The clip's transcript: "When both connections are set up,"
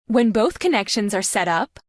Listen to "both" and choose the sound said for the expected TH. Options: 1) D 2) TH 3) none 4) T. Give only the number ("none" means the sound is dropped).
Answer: 2